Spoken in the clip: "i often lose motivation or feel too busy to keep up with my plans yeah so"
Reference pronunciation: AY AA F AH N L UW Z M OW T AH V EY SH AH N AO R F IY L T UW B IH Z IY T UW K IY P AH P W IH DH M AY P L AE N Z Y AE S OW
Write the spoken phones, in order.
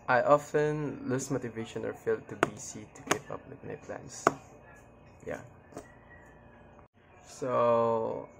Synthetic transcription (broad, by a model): AY AA F AH N L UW S M OW T AH V EY SH AH N AO R F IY L T UW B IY S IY T UW K IY P AH P W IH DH M AY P L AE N S Y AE S OW